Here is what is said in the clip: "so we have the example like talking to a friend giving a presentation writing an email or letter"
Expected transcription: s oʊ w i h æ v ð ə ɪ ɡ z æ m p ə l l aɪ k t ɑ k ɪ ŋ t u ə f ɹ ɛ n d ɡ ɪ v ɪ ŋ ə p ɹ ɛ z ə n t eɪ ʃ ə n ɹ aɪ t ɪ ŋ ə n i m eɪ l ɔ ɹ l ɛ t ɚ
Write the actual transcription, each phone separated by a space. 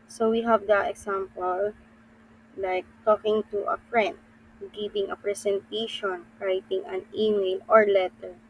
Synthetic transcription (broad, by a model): s oʊ w i h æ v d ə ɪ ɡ s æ m p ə l l aɪ k t ɑ k ɪ ŋ t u ə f ɹ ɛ n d ɡ ɪ v ɪ ŋ ə p ɹ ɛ s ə n t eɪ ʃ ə n ɹ aɪ t ɪ ŋ ə n i m eɪ l ɔ ɹ l ɛ t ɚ